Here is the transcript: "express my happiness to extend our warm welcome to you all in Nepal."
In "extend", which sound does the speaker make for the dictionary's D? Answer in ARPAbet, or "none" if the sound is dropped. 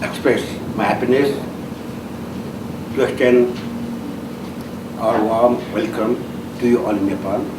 none